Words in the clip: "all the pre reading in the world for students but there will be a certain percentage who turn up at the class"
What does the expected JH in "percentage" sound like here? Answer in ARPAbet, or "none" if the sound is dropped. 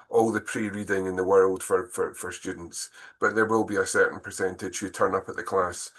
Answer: ZH